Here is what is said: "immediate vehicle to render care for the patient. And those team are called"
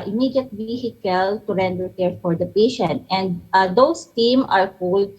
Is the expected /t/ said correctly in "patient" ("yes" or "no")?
yes